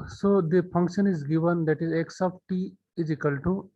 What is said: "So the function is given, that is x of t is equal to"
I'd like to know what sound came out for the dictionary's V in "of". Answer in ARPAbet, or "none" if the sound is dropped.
P